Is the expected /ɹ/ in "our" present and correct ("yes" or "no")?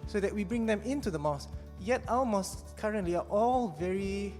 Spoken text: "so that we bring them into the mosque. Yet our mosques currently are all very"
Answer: no